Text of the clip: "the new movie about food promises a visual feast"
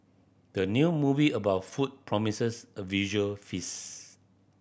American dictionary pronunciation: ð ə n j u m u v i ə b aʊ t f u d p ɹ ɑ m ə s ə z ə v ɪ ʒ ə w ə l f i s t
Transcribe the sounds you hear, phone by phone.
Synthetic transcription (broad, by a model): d ə n j u m u v i ə b aʊ t f u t p ɹ ɑ m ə s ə s ə v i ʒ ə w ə l f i s